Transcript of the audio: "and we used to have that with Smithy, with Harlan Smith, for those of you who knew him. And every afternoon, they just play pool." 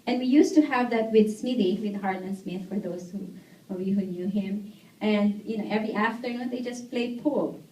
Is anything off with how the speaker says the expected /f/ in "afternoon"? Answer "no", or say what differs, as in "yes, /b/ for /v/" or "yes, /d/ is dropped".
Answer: no